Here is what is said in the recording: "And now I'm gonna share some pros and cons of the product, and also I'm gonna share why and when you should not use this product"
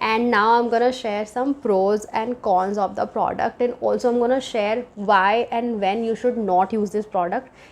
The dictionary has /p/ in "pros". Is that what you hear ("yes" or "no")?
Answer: yes